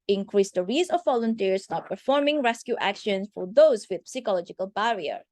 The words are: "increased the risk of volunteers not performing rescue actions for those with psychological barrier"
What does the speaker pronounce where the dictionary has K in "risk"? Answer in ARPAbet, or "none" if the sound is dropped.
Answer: none